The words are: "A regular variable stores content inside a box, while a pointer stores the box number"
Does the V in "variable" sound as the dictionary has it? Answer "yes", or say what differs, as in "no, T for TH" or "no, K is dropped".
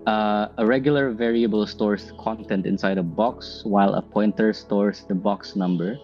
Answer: yes